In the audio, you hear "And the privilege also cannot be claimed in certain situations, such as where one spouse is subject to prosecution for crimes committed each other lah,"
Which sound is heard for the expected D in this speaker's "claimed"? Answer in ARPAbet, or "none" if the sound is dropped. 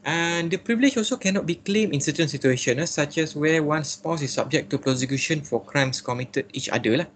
none